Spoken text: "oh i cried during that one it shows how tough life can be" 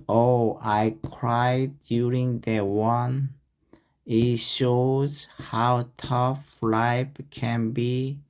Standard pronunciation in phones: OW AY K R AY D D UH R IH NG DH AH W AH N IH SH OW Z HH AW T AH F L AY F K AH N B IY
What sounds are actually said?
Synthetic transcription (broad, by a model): OW AY K R AY D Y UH R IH NG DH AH W AH N IH SH OW Z HH AW T AH F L AY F K AH N B IY